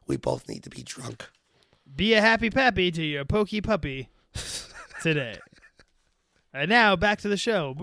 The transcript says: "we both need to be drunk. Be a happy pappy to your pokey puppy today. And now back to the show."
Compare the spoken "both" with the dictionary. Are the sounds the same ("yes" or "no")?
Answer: yes